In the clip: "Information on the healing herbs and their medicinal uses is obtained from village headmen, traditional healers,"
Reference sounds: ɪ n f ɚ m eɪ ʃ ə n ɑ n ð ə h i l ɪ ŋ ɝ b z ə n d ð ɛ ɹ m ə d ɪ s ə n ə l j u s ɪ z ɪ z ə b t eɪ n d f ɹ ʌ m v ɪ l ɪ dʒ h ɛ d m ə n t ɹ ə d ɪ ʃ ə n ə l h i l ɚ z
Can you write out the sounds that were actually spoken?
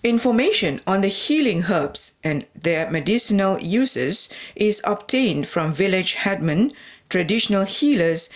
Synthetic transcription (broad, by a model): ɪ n f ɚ m eɪ ʃ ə n ɑ n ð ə h i l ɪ ŋ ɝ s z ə n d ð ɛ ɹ m ə d ɪ s ə n ə l j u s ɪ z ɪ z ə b t eɪ n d f ɹ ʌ m v ɪ l ɪ dʒ h ɛ d m ə n t ɹ ə d ɪ ʃ ə n ə l h i l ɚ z